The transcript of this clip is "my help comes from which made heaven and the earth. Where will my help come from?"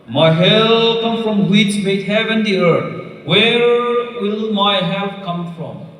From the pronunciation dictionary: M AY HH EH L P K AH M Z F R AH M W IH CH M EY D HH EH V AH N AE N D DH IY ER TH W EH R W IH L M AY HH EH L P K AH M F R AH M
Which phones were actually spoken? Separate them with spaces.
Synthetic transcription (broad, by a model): M AY HH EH L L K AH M F R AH M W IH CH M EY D HH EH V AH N N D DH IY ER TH W EH R W IH L M AY HH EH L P K AH M F R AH M